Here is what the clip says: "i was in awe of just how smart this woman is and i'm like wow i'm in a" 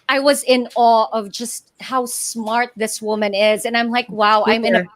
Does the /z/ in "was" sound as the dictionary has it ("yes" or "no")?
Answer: yes